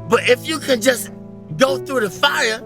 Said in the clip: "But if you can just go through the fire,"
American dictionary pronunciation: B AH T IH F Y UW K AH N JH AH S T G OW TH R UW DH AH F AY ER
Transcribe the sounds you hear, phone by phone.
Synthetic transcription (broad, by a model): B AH T IH F Y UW K AH N JH AH S G OW TH R UW DH AH F AY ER